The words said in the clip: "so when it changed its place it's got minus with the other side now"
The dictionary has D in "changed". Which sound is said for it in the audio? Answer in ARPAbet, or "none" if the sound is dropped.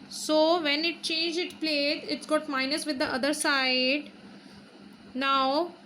none